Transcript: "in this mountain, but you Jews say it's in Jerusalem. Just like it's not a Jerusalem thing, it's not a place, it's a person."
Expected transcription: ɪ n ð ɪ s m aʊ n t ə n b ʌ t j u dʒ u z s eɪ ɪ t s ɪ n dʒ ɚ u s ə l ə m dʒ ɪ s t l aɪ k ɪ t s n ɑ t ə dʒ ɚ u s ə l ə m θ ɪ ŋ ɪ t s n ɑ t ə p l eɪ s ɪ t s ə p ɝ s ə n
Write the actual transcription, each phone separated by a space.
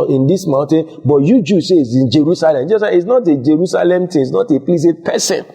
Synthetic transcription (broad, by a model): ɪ n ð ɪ s m aʊ n t ə n b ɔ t j u dʒ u s eɪ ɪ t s ɪ n dʒ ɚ u s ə l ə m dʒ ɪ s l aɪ ɪ t s n ɑ t ə dʒ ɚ u s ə l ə m t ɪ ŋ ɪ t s n ɑ t ə p l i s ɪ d p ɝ s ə n